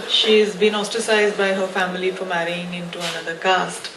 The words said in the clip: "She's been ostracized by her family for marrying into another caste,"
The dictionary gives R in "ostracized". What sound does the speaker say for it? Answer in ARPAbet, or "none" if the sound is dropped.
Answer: none